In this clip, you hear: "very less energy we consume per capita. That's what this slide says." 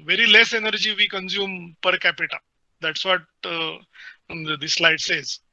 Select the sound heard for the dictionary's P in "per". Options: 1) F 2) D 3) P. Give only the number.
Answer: 3